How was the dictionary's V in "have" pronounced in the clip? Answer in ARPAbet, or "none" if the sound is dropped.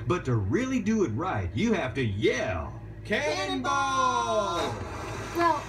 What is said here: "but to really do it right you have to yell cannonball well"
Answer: F